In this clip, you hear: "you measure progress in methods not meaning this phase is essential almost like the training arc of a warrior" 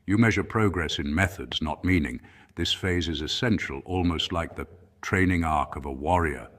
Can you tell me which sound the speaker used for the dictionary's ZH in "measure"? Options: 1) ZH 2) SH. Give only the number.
1